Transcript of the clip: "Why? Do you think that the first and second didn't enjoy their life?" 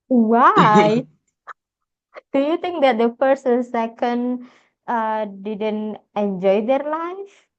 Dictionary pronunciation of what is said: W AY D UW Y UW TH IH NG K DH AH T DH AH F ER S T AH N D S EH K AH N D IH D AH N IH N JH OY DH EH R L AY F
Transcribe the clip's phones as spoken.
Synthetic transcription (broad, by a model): W AY D UW Y UW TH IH NG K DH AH T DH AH P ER S AH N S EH K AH N D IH D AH N IH N JH OY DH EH R L AY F